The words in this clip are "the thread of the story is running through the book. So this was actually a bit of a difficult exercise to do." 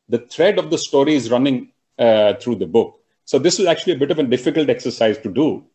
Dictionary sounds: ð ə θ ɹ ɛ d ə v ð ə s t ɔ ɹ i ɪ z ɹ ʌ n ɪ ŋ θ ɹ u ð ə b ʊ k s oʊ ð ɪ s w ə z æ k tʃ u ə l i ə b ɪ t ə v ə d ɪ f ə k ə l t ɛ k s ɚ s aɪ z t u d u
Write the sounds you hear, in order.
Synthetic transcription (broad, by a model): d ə t ɹ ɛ d ə v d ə s t ɔ ɹ i ɪ z ɹ ʌ n ɪ ŋ t ɹ u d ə b ʊ k s oʊ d ɪ s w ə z æ k tʃ u ə l i ə b ɪ t ə v ə d ɪ f ə k ə l t ɛ k s ɚ s aɪ z t u d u